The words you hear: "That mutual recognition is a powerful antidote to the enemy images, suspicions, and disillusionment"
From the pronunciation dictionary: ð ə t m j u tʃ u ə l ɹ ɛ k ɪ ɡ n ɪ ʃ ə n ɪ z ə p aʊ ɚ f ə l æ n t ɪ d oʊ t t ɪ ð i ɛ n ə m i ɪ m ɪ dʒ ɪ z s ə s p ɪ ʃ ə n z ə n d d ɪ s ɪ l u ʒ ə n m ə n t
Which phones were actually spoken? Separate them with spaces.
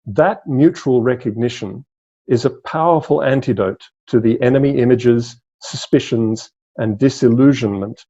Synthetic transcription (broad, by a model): ð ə t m j u tʃ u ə l ɹ ɛ k ɪ ɡ n ɪ ʃ ə n ɪ z ə p aʊ ɚ f ə l æ n t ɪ d oʊ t t ɪ ð i ɛ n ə m i ɪ m ɪ dʒ ɪ z s ə s p ɪ ʃ ə n z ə n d d ɪ s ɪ l u ʒ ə n m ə n t